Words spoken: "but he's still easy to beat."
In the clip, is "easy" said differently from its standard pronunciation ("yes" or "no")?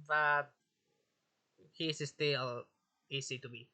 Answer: yes